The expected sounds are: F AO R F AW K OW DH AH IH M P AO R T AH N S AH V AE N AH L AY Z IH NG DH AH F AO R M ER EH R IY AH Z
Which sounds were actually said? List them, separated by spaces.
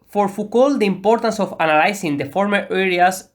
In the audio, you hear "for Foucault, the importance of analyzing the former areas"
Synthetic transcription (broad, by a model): F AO R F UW K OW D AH IH M P AO R T AH N S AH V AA N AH L AY S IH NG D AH F AO R M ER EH R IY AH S